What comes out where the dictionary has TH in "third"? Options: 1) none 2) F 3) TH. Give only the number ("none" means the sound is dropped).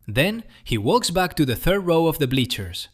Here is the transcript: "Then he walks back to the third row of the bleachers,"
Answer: 3